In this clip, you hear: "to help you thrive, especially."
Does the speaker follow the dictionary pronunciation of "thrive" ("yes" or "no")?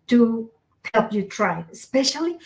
no